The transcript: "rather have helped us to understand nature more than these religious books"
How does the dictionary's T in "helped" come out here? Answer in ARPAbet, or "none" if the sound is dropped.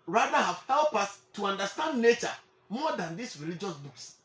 none